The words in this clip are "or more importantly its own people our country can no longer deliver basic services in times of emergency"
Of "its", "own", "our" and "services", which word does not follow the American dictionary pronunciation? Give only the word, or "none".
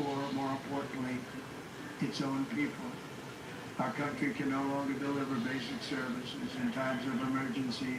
none